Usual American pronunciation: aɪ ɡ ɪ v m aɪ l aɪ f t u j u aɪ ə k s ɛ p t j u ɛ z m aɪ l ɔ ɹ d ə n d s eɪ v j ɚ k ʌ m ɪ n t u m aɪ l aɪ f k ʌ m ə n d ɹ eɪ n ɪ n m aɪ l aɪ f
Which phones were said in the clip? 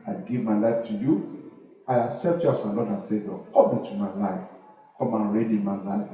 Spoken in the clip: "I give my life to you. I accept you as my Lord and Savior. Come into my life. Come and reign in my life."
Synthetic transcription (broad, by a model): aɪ ɡ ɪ v m aɪ l aɪ f t u j u aɪ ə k s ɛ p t j u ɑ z m aɪ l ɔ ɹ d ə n s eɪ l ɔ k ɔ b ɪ t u m aɪ l aɪ f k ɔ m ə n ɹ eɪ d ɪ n m aɪ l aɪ